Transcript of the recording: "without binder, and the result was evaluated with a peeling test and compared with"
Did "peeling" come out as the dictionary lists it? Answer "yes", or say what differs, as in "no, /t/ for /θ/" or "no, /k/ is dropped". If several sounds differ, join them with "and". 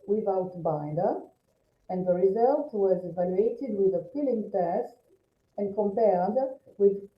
no, /f/ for /p/